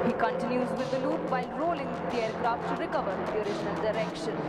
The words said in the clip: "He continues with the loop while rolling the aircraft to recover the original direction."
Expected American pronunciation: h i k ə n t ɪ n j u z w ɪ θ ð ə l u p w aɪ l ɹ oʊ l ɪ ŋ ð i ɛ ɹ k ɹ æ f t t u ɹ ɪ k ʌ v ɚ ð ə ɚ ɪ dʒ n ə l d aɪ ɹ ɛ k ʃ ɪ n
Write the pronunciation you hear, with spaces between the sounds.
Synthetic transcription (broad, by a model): h i k ə n t ɪ n j u z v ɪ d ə l u p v aɪ l ɹ oʊ l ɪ ŋ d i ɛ ɹ k ɹ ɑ f t t u ɹ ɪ k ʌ v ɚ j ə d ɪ ʃ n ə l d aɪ ɹ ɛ k ʃ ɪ n